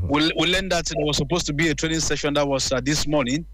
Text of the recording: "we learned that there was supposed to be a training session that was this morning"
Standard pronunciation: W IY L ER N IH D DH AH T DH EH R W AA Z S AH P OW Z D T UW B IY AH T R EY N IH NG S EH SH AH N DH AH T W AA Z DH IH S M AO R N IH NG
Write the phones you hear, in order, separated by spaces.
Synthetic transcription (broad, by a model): W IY W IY L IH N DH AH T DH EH W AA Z S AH P OW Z T UW B IY AH T R EY N IH NG S EH SH AH N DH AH T W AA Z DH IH S M AO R N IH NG